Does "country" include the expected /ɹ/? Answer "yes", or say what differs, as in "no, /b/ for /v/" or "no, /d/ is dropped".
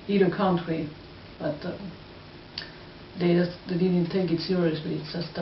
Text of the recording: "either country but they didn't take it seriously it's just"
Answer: no, /w/ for /ɹ/